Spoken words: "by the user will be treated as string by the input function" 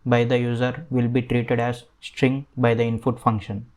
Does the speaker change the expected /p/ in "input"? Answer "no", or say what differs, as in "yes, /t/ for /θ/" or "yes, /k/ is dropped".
yes, /f/ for /p/